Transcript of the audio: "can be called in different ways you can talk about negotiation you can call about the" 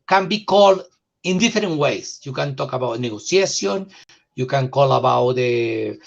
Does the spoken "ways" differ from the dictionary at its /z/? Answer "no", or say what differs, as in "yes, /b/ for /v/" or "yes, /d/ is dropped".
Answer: yes, /s/ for /z/